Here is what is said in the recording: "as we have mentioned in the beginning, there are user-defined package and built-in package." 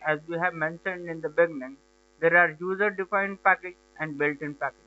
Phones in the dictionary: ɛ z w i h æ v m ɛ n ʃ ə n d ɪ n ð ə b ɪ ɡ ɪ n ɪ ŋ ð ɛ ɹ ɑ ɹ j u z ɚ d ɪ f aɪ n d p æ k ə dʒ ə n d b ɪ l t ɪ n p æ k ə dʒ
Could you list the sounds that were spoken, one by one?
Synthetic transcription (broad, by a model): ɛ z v i h æ v m ɛ n ʃ ə n d ɪ n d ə b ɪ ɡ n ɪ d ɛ ɹ ɑ ɹ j u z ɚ d ɪ f aɪ n d p æ k ə dʒ ə n d b ɪ l t ɪ n p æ k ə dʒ